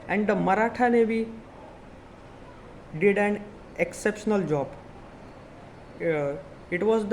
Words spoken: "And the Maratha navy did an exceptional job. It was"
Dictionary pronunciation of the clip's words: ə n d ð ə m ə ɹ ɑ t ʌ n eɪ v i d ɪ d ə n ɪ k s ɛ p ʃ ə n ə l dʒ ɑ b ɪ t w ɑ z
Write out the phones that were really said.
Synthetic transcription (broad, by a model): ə n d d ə m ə ɹ ɑ t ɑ n eɪ b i d ɪ d ə n ɪ k s ɛ p ʃ ə n ə l dʒ ɑ b ɪ t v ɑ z